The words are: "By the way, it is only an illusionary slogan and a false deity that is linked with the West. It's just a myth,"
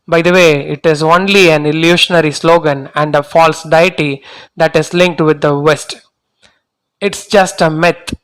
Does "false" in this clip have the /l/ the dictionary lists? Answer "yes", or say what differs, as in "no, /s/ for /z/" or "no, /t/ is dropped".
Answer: yes